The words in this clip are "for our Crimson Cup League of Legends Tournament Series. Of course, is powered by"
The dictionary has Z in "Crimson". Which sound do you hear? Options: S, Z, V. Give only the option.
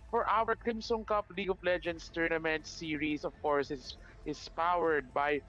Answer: S